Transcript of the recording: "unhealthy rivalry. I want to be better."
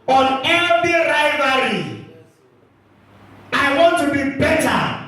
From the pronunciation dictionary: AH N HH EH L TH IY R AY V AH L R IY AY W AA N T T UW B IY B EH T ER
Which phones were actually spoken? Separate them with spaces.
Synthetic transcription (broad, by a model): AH N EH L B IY R AY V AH R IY AY W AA N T T UW B IY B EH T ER